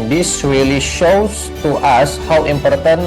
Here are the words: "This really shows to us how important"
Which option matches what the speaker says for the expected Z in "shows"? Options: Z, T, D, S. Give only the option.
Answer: S